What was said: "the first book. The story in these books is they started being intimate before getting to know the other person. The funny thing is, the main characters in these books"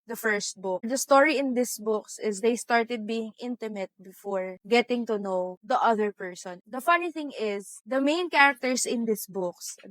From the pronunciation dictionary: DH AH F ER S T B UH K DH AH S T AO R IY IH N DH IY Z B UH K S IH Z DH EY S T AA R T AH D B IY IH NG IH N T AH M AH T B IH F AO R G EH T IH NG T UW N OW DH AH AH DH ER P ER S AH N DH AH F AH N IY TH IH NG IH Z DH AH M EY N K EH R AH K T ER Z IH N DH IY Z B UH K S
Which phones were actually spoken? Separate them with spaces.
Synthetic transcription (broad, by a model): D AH F ER S T B UH K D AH S T AO R IY IH N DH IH S B UH K S IH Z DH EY S T AA R T AH D B IY IH NG IH N T AH M AH T B IH F AO R G EH T IH NG T UW N OW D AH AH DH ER P ER S AH N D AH F AH N IY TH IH NG IH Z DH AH M EY N K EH R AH K T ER S IH N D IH S B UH K S